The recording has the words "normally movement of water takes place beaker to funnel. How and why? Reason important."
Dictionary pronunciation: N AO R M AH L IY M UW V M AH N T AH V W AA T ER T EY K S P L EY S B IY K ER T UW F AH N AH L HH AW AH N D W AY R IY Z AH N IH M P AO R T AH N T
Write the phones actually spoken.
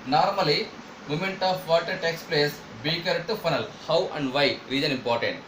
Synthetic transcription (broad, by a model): N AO R M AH L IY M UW M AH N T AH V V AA T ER T EY K S P L EY S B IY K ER T UW F AH N AH L HH AW AH N D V AY R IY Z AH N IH M P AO R T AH N T